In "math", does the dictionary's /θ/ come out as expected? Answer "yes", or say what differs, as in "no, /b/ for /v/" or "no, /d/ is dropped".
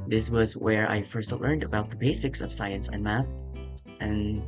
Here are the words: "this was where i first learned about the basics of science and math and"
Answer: yes